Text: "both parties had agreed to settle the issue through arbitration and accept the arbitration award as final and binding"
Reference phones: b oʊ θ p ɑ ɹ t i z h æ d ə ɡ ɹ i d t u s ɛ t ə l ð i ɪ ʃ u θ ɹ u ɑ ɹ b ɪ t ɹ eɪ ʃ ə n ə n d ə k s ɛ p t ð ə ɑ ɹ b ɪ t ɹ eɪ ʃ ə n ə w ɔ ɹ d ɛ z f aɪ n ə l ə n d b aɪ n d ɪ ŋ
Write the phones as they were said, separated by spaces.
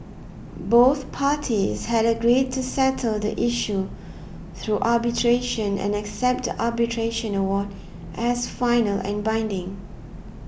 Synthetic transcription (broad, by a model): b oʊ θ p ɑ t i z h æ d ə ɡ ɹ i d t u s ɛ t ə l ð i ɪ ʃ u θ ɹ u ɑ b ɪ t ɹ eɪ ʃ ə n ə n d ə k s ɛ p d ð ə ɑ b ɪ t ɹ eɪ ʃ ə n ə w ɔ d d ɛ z f aɪ n ə l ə n b aɪ n d ɪ ŋ